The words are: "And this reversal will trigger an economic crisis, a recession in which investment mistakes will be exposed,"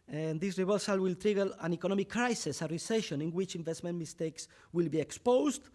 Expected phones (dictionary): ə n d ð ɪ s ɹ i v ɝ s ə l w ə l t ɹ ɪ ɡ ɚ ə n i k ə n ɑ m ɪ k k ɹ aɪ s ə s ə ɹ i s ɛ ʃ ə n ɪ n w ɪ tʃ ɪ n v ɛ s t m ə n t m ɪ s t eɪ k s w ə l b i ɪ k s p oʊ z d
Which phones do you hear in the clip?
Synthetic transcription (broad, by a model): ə n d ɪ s ɹ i b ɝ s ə l w ə l t ɹ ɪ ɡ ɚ ə n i k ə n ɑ m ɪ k k ɹ aɪ s ə s ə ɹ i s ɛ ʃ ə n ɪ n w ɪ tʃ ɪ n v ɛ s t m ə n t m ɪ s t eɪ k s w ə l b i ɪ k s p oʊ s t